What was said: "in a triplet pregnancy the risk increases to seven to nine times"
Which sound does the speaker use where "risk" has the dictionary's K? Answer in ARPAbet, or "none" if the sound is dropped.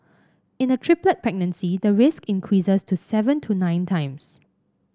K